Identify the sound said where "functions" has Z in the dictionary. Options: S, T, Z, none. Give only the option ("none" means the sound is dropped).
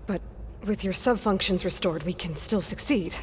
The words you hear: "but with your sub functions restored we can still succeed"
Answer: Z